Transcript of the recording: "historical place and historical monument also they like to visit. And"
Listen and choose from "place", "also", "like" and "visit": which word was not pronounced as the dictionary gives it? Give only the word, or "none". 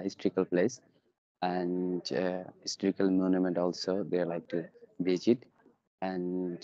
visit